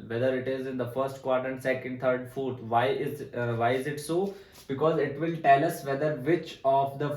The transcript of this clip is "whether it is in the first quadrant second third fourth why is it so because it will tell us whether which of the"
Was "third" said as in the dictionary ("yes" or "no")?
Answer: no